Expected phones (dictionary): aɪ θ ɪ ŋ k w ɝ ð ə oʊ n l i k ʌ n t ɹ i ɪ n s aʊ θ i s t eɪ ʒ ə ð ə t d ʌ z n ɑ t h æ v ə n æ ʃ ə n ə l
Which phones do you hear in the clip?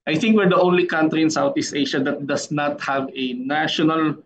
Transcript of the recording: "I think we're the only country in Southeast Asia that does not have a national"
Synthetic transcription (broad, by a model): aɪ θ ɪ ŋ k w ɝ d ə oʊ n l i k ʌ n t ɹ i ɪ n s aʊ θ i s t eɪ ʃ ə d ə t d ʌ s n ɑ t h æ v ə n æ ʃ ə n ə l